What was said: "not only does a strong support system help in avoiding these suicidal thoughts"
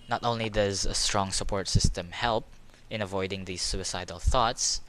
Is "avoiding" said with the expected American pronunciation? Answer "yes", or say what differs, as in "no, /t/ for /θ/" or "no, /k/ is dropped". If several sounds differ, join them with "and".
yes